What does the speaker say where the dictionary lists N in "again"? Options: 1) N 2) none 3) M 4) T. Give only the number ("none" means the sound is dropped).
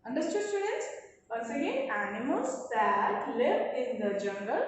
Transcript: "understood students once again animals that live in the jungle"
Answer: 2